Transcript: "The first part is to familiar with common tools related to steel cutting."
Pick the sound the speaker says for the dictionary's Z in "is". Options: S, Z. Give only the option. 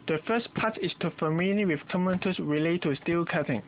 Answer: S